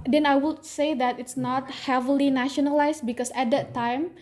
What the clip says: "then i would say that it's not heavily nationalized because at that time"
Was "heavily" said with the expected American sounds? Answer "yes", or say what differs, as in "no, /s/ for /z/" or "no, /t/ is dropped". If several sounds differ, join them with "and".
yes